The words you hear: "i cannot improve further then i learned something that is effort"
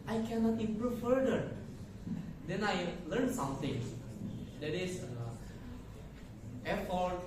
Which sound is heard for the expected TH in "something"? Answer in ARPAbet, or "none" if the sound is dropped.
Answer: T